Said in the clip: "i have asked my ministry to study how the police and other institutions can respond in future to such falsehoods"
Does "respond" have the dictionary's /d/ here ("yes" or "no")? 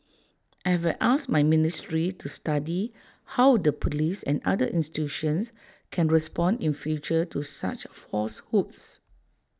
yes